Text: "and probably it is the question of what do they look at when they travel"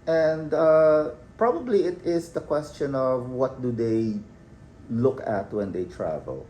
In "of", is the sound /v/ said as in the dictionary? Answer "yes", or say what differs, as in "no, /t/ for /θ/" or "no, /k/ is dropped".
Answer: yes